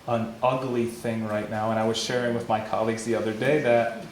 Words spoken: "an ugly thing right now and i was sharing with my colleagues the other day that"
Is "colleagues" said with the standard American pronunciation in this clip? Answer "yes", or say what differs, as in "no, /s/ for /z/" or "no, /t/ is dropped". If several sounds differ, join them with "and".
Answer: yes